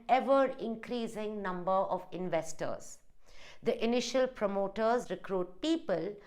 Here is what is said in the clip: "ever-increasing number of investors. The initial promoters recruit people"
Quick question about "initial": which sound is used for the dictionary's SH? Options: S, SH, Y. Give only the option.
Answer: SH